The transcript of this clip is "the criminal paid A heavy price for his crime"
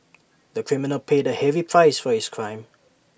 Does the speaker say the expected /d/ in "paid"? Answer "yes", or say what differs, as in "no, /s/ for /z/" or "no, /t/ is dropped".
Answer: yes